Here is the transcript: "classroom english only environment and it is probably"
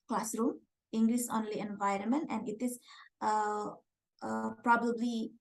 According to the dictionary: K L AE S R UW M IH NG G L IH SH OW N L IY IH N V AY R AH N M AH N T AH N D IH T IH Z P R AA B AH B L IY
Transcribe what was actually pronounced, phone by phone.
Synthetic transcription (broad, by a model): K L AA S R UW M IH NG G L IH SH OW N L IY IH N V AY R AH N M AH N T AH N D IH T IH S P R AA B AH B L IY